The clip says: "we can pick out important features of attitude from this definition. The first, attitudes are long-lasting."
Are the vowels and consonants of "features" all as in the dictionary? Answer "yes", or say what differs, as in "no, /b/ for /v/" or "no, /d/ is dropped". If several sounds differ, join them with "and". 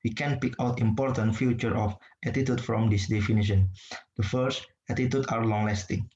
no, /z/ is dropped